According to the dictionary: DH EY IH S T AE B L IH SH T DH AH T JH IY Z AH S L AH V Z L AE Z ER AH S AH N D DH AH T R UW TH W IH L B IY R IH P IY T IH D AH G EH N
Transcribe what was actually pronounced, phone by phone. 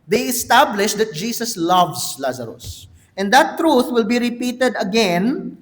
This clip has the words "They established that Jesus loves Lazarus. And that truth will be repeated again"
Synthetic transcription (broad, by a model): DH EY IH S T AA B L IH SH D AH T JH IY S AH S L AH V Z L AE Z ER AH S AH N D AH T R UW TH W IH L B IY R IH P IY T IH D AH G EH N